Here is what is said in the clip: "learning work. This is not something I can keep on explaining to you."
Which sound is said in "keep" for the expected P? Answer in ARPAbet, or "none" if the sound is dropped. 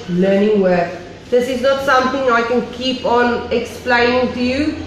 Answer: P